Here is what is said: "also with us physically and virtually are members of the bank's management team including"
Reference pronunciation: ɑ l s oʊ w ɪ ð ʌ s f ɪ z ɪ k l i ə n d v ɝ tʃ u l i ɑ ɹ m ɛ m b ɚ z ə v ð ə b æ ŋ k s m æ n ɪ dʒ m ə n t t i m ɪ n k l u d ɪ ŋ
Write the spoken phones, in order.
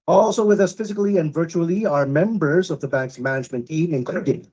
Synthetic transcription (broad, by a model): ɑ l s oʊ w ɪ ð ʌ s f ɪ z ɪ k l i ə n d v ɝ tʃ u l i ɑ ɹ m ɛ m b ɚ z ə v ð ə b æ ŋ k s m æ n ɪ dʒ m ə n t t i m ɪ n k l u d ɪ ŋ